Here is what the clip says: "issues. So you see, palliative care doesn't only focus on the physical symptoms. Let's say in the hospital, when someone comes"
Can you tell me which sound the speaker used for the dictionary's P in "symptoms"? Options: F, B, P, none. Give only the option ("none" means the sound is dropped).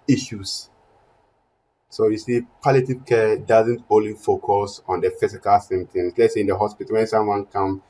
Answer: none